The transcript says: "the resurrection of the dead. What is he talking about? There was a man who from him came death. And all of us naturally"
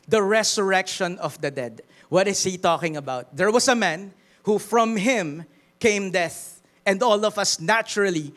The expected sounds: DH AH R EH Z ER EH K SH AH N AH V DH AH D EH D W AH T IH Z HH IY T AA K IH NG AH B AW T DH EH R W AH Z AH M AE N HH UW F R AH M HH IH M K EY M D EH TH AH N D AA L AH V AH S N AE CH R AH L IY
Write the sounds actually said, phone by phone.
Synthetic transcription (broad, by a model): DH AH R EH S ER EH K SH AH N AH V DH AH D EH D W AH T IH S HH IY T AA K IH NG AH B AW T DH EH R W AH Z AH M AE N HH UW F R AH M HH IH M K EY M D EH TH AH N D AA L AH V AH S N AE CH R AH L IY